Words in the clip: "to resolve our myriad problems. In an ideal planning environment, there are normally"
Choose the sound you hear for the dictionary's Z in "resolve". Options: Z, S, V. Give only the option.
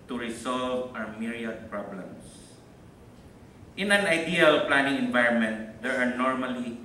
S